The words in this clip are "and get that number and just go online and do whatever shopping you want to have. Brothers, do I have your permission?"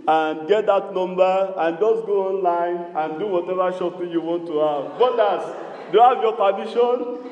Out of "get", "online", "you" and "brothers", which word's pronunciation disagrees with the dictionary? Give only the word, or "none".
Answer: brothers